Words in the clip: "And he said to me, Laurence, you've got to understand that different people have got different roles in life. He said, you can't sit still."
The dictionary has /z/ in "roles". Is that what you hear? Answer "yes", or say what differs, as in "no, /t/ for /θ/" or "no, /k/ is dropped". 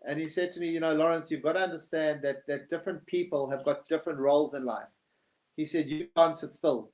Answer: yes